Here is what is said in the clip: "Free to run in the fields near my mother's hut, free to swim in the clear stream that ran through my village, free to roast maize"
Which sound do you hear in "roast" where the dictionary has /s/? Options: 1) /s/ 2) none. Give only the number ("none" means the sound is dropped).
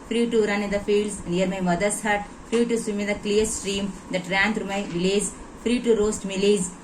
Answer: 1